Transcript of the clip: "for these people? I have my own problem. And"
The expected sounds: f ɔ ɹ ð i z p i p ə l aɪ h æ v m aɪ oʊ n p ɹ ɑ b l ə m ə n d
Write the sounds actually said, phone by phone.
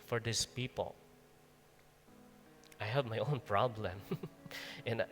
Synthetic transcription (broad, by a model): f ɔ ɹ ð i s p i p ə l aɪ h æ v m aɪ oʊ n p ɹ ɑ b l ə m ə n